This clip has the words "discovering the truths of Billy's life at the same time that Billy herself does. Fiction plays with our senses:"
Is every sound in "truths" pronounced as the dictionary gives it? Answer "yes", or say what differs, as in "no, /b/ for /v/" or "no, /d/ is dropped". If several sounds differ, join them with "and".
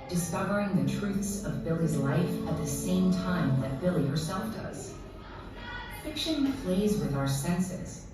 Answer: yes